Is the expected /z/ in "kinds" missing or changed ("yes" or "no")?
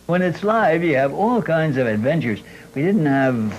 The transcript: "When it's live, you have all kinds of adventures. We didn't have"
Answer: no